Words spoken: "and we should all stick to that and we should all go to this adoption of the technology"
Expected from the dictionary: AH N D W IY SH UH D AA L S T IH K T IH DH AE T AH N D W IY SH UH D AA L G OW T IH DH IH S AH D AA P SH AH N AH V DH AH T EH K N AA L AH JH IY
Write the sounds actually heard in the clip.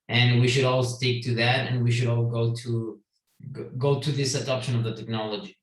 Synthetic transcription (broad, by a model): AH N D W IY SH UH D AA L S T IH K T IH DH AE T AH N W IY SH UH D AA L G OW T IH DH IH S AH D AA P SH AH N AH V DH AH T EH K N AA L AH JH IY